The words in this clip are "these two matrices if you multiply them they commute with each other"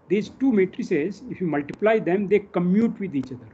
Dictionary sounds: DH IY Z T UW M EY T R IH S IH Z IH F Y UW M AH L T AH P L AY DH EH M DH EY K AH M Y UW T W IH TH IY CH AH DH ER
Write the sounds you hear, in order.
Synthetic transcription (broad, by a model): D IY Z T UW M EY T R IH S IH Z IH F Y UW M AH L T AH P L AY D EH M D EY K AH M Y UW T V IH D IY CH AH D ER